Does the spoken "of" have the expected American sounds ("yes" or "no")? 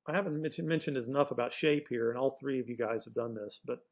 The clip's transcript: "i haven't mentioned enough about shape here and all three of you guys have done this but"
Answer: yes